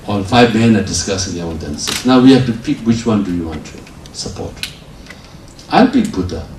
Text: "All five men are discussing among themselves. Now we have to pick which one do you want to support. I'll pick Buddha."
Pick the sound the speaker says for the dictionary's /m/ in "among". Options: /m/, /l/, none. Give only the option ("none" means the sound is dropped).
none